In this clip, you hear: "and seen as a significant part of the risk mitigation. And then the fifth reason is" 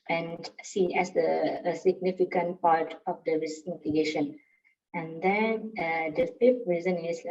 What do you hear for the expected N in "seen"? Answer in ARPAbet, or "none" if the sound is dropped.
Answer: none